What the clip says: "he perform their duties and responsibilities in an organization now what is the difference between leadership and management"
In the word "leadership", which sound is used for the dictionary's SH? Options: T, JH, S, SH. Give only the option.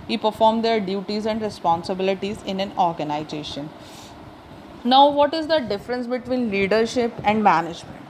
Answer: SH